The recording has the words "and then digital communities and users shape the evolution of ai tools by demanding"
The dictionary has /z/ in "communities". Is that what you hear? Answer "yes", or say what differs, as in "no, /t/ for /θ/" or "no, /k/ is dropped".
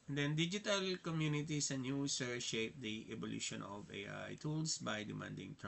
no, /s/ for /z/